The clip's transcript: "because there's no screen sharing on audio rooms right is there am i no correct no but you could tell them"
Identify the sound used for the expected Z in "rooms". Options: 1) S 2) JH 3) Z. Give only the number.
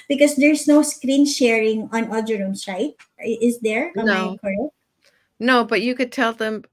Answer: 1